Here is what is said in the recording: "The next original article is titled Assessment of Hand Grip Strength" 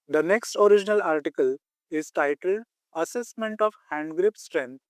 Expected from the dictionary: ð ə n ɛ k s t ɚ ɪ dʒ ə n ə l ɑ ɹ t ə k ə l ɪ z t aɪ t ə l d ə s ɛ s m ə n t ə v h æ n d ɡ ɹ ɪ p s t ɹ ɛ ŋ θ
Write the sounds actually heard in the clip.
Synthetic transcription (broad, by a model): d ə n ɛ k s t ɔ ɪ dʒ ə n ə l ɑ ɹ t ə k ə l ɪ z t aɪ t ə l d ə s ɛ s m ə n t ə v h æ n d ɡ ɹ ɪ p s t ɹ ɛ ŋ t